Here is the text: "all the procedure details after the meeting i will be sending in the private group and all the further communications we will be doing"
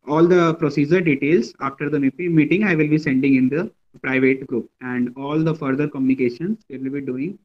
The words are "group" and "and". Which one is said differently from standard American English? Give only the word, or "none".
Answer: none